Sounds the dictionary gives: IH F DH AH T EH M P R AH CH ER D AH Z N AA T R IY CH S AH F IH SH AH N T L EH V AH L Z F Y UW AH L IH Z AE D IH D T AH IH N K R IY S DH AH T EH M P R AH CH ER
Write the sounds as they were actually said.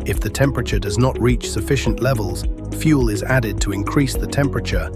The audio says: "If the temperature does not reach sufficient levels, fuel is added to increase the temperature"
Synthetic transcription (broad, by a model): IH F DH AH T EH M P R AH CH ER D AH Z N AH T R IY CH S AH F IH SH AH N T L EH V AH L Z F Y UW L IH Z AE D IH D T AH IH N K R IY S DH AH T EH M P R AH CH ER